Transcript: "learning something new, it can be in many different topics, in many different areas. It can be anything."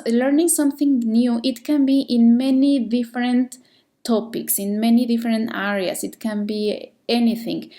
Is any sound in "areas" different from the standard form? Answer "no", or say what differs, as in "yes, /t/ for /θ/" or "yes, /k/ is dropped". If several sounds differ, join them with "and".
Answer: yes, /s/ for /z/